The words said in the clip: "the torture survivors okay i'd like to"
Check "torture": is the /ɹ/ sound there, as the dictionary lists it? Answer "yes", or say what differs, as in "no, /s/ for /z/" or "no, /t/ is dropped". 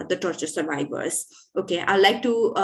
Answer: yes